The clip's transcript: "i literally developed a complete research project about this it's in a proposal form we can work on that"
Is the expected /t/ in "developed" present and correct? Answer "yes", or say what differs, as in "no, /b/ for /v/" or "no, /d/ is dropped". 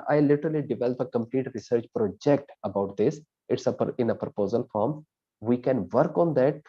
no, /t/ is dropped